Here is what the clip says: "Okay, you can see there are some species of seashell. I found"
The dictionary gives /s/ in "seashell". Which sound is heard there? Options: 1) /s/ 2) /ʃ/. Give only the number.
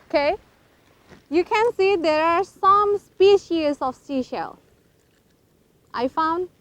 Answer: 1